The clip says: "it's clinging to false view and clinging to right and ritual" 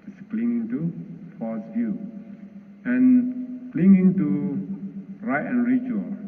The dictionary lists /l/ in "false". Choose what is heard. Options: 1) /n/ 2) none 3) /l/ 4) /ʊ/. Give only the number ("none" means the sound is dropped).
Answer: 2